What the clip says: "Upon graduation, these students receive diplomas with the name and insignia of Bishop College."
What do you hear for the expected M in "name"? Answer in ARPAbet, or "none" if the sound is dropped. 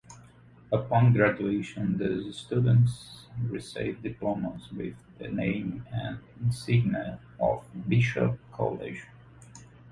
none